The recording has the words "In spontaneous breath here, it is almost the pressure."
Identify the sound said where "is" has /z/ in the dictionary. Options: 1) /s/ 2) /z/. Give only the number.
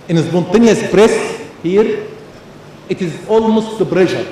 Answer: 2